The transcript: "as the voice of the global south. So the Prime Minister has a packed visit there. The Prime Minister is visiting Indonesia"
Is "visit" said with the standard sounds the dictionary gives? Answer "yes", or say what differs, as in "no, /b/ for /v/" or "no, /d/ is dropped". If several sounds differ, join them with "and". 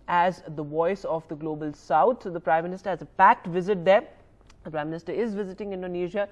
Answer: yes